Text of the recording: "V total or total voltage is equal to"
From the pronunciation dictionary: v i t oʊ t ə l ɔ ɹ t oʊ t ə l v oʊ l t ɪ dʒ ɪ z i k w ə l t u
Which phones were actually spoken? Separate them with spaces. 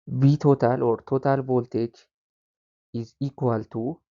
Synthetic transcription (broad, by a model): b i t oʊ t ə l ɔ ɹ t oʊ t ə l b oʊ l t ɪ tʃ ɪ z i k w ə l t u